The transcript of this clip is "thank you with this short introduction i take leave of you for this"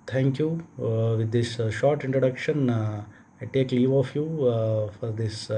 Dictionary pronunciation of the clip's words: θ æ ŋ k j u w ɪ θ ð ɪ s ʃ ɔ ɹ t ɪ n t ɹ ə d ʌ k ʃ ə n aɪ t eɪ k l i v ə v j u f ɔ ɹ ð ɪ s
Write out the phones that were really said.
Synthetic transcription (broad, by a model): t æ ŋ k j u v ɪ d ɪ s ʃ ɔ ɹ t ɪ n t ɹ ə d ʌ k ʃ ə n aɪ t eɪ k l i v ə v j u f ɔ ɹ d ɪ s